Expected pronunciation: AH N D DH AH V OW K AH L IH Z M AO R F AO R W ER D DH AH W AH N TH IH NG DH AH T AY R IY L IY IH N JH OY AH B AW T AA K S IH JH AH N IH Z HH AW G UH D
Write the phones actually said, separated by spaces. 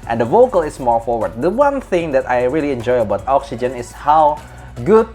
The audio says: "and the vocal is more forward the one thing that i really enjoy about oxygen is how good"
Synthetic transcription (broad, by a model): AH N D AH V OW K AH L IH S M AO R F AO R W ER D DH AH W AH N TH IH NG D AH T AY R IY L IY IH N JH OY AH B AW T AA K S IH JH AH N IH S HH AW G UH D